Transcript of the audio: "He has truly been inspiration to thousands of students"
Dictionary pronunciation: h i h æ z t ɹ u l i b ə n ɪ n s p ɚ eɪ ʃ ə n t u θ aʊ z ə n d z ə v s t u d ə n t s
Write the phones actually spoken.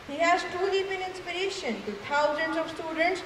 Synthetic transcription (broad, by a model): h i h æ z t u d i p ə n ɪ n s p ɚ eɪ ʃ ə n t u t aʊ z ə n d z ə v s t u d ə n t s